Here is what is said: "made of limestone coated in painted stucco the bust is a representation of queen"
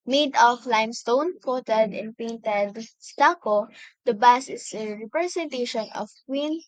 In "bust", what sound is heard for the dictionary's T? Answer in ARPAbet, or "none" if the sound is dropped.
none